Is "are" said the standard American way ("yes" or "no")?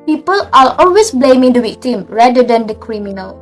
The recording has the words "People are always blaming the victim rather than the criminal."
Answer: no